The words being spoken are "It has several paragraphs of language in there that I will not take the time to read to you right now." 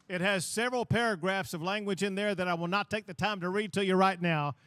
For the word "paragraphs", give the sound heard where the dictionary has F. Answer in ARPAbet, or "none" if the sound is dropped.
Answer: F